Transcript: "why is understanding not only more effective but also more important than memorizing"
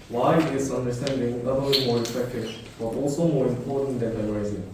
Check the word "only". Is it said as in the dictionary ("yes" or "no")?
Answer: no